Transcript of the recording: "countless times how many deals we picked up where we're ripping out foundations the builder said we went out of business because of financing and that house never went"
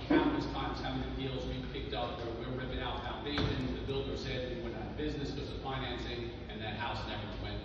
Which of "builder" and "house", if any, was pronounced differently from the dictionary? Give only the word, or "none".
none